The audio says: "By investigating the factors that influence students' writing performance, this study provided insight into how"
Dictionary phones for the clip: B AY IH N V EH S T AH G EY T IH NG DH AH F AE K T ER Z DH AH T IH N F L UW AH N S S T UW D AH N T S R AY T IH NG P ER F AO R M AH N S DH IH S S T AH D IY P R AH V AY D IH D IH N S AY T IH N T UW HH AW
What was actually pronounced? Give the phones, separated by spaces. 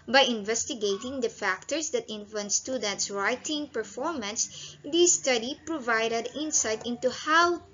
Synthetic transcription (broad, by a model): B AY IH N V EH S T AH G EY T IH NG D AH F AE K T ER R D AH T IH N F UW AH N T S T UW D AH N T S R AY T IH NG P ER F AO R M AH N S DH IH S S T AH D IY P R AH V AY D IH D IH N S AY T IH N T UW HH AW